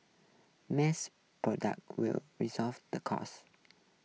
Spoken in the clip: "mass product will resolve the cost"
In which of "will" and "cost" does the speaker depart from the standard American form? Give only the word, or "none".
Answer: cost